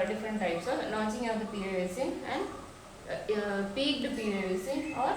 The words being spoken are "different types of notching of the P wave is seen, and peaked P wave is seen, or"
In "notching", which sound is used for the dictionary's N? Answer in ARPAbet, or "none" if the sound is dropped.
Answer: L